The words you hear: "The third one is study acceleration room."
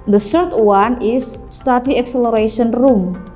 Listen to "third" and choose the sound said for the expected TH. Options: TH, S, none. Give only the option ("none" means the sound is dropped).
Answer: S